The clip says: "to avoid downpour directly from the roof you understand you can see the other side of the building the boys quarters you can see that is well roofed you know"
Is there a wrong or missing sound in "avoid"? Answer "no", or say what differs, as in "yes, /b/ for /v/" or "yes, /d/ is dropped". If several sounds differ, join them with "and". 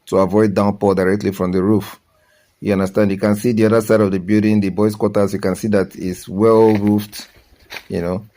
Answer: no